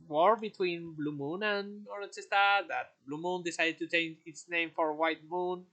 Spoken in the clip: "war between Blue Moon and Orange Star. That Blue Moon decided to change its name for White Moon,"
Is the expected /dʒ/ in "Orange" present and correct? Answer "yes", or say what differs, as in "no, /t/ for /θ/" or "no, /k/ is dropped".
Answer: no, /tʃ/ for /dʒ/